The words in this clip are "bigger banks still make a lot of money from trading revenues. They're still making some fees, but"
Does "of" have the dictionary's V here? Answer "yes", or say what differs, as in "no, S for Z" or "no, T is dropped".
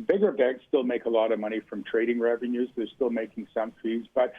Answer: yes